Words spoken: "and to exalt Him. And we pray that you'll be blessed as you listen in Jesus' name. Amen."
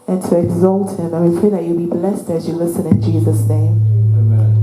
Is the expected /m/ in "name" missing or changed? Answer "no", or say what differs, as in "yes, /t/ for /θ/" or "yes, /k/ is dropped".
yes, /m/ is dropped